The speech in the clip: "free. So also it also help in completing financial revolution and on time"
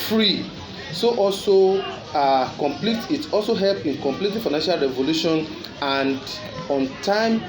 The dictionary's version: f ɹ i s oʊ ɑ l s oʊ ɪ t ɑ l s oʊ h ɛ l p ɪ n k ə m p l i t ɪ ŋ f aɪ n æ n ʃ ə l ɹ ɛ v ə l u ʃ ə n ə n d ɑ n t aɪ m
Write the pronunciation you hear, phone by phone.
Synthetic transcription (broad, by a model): f ɹ i s oʊ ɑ l s oʊ ɪ t ɑ l s oʊ h ɛ l p ɪ n k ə m p l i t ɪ f aɪ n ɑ n ʃ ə l ɹ ɛ v ə l u ʃ ə n ə n d ɑ n t aɪ m